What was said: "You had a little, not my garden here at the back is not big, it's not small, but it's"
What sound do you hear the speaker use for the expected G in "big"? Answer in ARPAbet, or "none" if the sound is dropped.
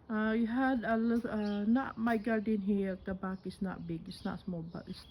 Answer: G